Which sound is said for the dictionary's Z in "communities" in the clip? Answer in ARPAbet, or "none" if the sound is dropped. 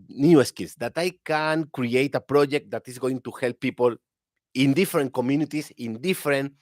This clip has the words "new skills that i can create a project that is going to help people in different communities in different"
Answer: S